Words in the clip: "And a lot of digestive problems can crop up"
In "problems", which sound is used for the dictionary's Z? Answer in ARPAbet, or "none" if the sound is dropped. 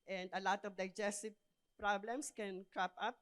S